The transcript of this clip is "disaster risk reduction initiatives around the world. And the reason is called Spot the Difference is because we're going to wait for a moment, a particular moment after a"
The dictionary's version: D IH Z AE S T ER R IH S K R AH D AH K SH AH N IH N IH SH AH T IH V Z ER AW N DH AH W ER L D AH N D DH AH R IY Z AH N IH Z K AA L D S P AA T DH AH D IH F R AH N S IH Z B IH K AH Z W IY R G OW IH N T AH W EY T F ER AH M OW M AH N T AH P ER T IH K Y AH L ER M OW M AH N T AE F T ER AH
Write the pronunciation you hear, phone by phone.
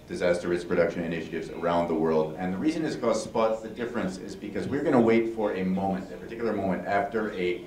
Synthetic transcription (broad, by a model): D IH Z AE S T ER R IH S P R AH D AH K SH AH N IH N IH SH AH T IH V Z ER AW N DH AH W ER L D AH N DH AH R IY Z AH N IH Z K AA S P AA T DH AH D IH F R AH N S IH Z B IH K AH Z W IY R G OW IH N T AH W EY T F ER AH M OW M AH N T AH P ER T IH K Y L ER M OW M AH N T AE F T ER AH